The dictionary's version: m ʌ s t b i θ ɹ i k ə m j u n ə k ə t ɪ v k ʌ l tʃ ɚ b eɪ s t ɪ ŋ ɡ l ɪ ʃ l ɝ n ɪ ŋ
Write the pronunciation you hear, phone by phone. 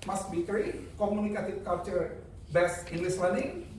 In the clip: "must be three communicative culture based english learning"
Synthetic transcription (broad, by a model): m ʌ s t b i t ɹ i k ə m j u n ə k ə t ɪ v k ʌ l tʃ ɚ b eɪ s ɪ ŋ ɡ l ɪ s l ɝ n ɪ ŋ